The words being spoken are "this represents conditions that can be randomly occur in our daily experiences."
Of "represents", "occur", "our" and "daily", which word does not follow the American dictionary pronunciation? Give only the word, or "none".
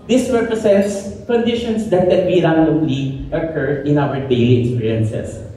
represents